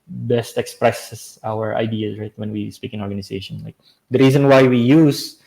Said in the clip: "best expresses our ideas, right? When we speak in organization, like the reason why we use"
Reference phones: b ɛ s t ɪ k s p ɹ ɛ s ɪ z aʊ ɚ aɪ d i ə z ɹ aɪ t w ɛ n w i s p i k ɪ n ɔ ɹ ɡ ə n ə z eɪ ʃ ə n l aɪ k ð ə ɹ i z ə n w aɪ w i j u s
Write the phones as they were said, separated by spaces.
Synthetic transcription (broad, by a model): b ɛ s t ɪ k s p ɹ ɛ s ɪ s aʊ ɚ aɪ d i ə ɹ aɪ t w ɛ n w i s p i k ɪ n ɔ ɹ ɡ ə n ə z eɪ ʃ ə n l aɪ k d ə ɹ i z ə n w aɪ w i j u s